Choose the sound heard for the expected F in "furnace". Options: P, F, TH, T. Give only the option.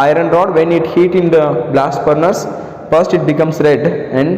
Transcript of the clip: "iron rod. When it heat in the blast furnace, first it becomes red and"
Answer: P